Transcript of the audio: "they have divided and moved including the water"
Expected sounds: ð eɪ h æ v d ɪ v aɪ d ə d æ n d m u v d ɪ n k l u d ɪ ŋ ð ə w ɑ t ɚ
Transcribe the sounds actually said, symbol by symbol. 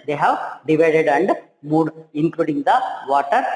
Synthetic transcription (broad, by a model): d eɪ h æ v d ɪ v aɪ d ə d æ n d m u d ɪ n k l u d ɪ ŋ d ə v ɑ t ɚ